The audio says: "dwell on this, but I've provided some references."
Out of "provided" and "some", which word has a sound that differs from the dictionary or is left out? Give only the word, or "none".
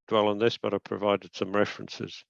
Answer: none